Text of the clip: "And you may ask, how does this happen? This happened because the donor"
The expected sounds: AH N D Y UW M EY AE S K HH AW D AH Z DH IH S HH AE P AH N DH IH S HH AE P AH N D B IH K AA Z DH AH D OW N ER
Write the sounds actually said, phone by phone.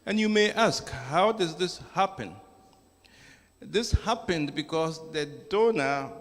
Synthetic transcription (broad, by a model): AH N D Y UW M EY AE S K HH AW D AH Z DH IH S HH AE P AH N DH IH S HH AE P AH N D B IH K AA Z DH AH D OW N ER